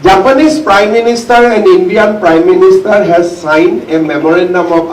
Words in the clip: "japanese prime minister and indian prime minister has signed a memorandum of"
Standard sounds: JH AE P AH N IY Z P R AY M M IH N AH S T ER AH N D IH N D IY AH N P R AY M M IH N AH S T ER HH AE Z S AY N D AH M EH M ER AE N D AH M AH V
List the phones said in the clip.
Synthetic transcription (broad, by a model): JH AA P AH N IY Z P R AY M M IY N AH S T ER AH N D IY N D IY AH N P R AY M M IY N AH S T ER HH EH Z S AY N AH M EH M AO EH N D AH M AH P